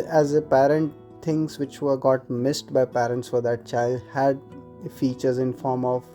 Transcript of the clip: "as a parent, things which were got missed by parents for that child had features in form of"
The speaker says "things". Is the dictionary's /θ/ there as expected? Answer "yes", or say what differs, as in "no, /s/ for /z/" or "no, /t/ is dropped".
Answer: no, /t/ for /θ/